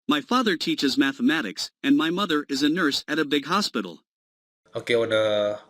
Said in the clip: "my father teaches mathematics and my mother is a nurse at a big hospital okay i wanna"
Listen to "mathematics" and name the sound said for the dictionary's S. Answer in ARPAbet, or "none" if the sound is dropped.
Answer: S